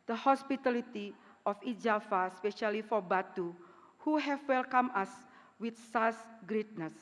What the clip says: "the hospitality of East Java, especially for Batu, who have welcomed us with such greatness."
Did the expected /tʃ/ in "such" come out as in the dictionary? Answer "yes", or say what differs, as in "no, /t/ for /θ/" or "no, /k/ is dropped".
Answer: no, /s/ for /tʃ/